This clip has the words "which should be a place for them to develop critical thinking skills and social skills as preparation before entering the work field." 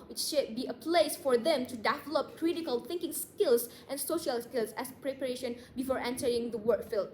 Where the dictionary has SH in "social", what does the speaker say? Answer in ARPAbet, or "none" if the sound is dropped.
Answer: SH